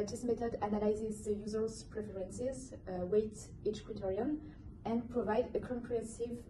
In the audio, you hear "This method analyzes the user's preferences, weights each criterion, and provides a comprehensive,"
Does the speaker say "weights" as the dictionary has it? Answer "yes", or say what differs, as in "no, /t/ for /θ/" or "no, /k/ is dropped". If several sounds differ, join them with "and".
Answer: no, /s/ is dropped